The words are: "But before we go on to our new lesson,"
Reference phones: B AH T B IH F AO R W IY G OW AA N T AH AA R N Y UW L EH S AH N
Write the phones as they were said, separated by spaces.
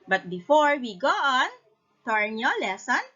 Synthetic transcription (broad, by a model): B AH T B IH F AO R W IY G OW AA N T AA R N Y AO L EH S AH N